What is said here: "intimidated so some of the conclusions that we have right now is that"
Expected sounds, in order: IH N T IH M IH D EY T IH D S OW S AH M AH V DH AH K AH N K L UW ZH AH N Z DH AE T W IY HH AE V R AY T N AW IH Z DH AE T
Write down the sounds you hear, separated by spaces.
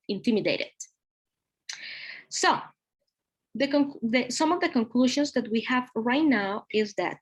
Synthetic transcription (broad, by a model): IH N T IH M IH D EY T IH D S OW S AH M AH V DH AH K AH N K L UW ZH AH N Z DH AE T W IY HH AE V R AY T N AW IH Z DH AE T